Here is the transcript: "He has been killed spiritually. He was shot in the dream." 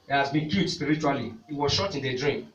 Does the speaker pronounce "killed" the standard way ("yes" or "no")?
no